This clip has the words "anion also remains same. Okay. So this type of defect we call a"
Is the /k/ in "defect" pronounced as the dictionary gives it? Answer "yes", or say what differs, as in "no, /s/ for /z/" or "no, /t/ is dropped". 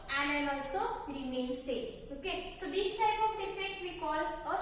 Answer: no, /k/ is dropped